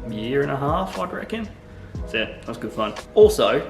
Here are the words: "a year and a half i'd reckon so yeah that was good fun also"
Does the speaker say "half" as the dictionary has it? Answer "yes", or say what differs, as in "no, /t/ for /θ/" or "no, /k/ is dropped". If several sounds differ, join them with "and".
yes